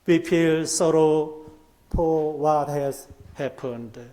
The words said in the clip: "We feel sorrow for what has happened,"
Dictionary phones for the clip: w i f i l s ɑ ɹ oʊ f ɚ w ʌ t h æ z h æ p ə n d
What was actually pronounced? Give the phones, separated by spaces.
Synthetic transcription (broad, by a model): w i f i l s ɑ ɹ oʊ p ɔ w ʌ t h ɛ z h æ p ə n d